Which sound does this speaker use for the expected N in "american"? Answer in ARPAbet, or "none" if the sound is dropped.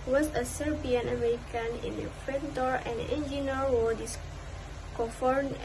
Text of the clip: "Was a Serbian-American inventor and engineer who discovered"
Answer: N